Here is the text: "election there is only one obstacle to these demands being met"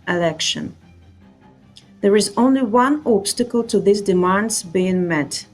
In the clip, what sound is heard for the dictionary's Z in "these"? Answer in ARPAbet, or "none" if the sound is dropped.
S